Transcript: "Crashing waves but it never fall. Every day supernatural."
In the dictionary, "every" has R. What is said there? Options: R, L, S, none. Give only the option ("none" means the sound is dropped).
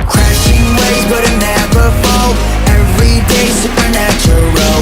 R